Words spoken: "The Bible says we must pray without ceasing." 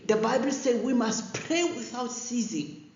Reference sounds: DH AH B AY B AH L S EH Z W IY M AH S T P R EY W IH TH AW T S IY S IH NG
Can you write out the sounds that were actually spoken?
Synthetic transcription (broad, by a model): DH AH B AY B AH L S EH W IY M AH S T P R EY W IH TH AW T S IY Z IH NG